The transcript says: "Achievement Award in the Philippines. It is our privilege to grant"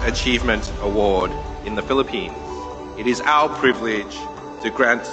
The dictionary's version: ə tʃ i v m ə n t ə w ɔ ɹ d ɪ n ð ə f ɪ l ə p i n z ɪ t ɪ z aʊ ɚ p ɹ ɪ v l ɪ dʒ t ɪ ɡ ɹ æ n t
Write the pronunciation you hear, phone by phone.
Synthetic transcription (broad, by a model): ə tʃ i v m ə n t ə w ɔ ɹ d ɪ n ð ə f ɪ l ə p i n z ɪ t ɪ z aʊ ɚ p ɹ ɪ v l ɪ dʒ t ɪ ɡ ɹ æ n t